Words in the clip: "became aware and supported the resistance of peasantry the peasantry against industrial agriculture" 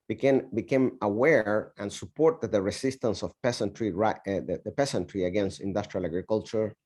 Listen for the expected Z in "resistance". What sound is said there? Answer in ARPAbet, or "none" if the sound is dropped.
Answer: S